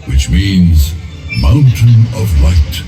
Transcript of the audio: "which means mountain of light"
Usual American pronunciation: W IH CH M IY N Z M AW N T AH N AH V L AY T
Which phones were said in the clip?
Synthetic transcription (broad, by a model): W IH CH M IY N Z M AW N T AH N AH V L AY T